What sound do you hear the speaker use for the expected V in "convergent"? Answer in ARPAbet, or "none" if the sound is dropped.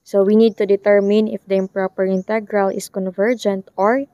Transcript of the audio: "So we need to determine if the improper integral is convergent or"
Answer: V